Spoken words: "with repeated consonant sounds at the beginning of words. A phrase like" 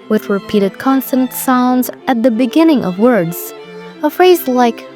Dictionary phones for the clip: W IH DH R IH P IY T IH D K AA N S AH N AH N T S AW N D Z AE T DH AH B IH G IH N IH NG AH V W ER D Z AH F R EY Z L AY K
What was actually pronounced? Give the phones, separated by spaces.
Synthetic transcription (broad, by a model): W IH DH R IH P IY T IH D K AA N S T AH N T S AW N D Z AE T DH AH B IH G IH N IH NG AH V W ER D Z AH F R EY Z L AY K